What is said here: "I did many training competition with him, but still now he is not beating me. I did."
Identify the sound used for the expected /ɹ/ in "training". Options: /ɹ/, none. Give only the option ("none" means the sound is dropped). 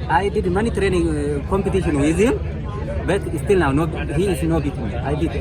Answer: /ɹ/